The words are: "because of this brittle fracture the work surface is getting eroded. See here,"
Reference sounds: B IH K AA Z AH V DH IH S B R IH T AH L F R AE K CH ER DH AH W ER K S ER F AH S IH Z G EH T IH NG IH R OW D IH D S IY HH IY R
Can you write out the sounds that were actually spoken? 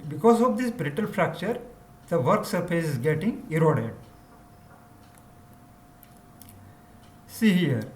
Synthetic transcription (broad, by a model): B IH K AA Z AH V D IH S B R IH T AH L F R AE K CH ER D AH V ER K S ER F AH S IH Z G EH T IH NG IH R OW D IH D S IY HH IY R